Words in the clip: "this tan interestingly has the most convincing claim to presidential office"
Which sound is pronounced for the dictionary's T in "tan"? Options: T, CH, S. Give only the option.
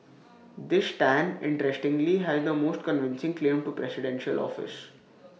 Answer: T